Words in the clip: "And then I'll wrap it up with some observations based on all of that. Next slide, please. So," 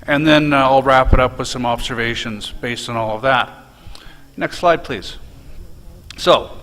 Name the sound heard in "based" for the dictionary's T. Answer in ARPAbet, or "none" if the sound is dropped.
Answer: T